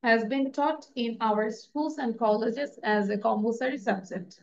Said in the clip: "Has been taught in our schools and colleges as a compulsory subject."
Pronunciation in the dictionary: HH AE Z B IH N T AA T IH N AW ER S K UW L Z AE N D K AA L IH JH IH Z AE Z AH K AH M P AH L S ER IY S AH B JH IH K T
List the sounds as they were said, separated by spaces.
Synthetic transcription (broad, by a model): HH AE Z B IH N T AA T IH N AW ER S K UW L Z AE N D K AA L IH JH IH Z AE Z AH K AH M B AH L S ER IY S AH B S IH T